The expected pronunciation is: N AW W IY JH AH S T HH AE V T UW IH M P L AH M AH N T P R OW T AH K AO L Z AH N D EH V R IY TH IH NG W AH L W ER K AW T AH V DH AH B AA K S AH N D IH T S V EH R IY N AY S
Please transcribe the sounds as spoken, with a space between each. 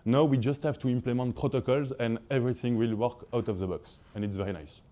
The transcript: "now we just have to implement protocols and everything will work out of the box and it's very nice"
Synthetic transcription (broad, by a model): N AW W IY JH AH S T HH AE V T UW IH M P L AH M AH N T P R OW T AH K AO L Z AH N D EH V R IY TH IH NG W AH L W ER K AW T AH V DH AH B AA K S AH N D IH T S V EH R IY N AY S